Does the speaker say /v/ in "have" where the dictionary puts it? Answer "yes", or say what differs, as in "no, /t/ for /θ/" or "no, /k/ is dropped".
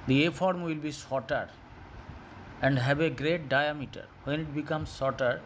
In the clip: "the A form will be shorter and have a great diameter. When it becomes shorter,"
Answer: no, /b/ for /v/